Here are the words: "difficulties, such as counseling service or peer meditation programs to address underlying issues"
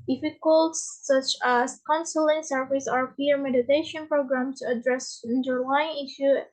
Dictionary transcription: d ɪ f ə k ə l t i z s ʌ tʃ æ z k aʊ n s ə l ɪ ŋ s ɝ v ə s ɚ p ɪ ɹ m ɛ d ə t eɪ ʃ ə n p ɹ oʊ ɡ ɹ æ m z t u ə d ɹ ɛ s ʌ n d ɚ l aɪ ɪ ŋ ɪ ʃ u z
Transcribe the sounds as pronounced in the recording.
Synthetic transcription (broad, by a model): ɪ f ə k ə l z s ʌ tʃ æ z k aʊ n s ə l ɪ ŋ s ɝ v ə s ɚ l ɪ ɹ m ɛ d ə t eɪ ʃ ə n p ɹ oʊ ɡ ɹ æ m t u ə d ɹ ɛ s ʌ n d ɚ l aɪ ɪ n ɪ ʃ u